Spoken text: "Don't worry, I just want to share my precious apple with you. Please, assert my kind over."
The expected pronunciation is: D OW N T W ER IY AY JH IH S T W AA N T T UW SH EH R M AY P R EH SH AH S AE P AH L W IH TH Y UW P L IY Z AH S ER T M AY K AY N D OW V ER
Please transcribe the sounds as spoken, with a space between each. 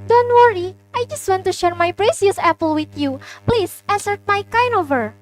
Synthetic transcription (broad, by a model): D OW N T W ER IY AY JH IH S T W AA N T T UW SH EH R M AY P R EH S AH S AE P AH L W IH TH Y UW P L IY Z AH S ER T M AY K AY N OW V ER